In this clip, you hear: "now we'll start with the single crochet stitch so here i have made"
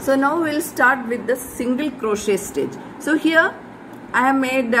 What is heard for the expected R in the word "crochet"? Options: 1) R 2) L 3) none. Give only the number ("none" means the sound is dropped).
1